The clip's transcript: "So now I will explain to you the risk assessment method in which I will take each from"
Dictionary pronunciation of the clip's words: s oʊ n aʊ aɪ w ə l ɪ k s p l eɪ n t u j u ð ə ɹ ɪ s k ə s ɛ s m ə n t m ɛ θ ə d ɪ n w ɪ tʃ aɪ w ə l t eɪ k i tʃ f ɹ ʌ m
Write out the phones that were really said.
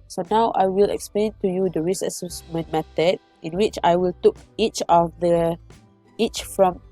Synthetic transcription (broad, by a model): s oʊ n aʊ aɪ w ə l ɪ k s p l eɪ n t u j u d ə ɹ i s ə s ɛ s m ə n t m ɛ t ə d ɪ n w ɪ tʃ aɪ w ə l t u k i tʃ f ɹ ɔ m